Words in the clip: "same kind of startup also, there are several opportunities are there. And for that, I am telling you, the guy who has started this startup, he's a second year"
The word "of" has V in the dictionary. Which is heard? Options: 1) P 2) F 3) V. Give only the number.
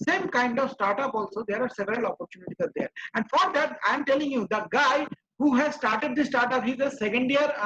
3